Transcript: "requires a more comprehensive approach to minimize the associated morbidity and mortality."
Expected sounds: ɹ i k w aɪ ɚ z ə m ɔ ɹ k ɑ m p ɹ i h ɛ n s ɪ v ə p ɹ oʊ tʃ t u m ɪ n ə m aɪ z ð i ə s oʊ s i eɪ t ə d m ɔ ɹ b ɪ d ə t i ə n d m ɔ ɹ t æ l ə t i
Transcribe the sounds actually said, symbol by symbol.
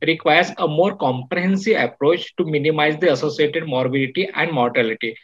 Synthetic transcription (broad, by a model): ɹ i k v aɪ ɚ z ə m ɔ ɹ k ɑ m p ɹ i h ɛ n s ɪ v ə p ɹ oʊ tʃ t u m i n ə m aɪ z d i ə s oʊ s i eɪ t ə d m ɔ ɹ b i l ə t i ə n d m ɔ ɹ t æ l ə t i